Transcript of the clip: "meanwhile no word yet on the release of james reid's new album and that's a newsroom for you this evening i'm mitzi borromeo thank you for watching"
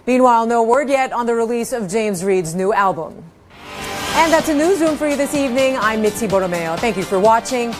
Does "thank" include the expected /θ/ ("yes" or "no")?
yes